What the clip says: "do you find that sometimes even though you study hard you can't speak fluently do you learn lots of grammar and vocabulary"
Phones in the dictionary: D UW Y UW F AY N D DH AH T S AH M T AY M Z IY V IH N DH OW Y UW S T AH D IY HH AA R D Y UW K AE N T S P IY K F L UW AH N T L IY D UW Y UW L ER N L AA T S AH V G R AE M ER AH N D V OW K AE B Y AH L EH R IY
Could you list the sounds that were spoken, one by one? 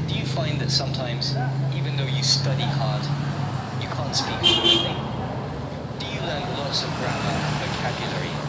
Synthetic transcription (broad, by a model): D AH Y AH F AY N DH AH T S AH M T AY M Z IY V IH N DH OW Y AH S T AH D IY HH AA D Y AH K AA N T S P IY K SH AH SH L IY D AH Y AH L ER N L AA T S AH V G R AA M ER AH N V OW K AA B Y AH L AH R IY